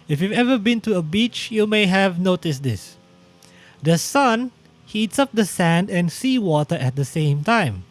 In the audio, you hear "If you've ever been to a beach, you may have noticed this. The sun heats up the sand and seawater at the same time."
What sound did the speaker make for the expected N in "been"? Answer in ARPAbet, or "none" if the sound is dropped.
N